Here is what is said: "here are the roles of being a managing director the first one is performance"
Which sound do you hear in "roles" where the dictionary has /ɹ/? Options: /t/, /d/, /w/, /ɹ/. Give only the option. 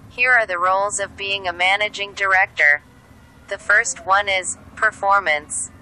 /ɹ/